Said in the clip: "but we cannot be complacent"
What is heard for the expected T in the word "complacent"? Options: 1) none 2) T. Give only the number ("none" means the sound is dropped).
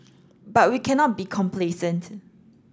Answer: 2